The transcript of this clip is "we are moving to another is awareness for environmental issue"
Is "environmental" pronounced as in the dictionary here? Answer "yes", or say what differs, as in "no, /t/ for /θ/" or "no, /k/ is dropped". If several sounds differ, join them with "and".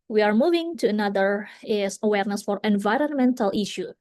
yes